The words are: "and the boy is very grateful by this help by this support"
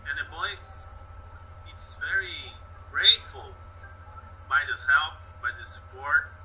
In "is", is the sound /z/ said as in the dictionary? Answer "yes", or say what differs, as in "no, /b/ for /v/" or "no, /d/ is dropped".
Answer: no, /s/ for /z/